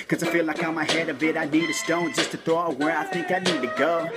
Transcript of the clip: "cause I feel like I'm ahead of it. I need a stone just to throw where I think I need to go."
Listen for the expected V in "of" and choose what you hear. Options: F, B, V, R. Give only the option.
B